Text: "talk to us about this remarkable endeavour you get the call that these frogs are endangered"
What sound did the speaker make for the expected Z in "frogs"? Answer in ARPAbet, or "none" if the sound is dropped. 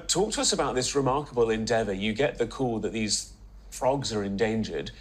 Z